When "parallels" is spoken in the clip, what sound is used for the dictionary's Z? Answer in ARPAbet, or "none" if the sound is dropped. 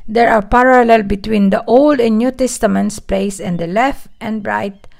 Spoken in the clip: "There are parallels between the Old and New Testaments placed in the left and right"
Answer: none